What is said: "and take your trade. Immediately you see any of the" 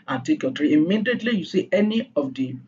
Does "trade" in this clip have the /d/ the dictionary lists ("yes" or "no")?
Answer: no